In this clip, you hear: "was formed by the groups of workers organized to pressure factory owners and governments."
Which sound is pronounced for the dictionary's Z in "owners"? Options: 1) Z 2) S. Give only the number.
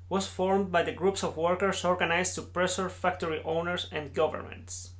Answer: 2